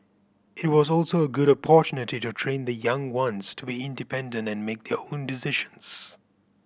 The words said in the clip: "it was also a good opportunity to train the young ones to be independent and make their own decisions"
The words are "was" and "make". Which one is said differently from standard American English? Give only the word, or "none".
none